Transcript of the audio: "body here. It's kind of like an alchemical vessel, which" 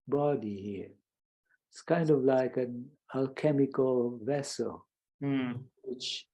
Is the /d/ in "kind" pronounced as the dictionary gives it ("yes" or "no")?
yes